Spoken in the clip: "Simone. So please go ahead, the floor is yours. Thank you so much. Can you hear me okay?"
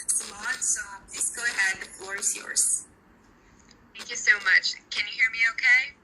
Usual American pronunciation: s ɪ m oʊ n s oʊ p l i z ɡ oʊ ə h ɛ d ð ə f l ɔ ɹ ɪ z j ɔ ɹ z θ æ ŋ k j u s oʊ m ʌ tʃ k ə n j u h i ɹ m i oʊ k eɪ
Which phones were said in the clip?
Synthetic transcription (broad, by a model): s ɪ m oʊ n s oʊ p l i z ɡ oʊ ə h ɛ d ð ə f l ɔ ɹ ɪ z j ɔ ɹ z θ æ ŋ k j u s oʊ m ʌ tʃ k ə n j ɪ h i ɹ m i oʊ k eɪ